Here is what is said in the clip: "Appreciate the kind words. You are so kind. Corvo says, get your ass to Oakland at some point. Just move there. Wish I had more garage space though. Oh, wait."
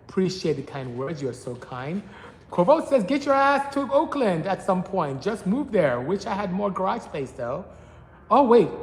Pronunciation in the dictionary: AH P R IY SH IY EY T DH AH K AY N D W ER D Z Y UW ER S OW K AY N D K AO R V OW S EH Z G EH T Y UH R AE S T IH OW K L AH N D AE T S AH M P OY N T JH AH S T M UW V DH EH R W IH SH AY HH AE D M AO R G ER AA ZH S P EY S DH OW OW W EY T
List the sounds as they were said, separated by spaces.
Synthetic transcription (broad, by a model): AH P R IY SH IY EY T DH AH K AY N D W ER D Z Y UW ER S OW K AY N D K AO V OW S EH Z G EH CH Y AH R AE S T IH OW K L AH N D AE T S AH M P OY N T JH AH S T M UW V DH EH R W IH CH AY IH D M AO R G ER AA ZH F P EY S DH OW OW W EY T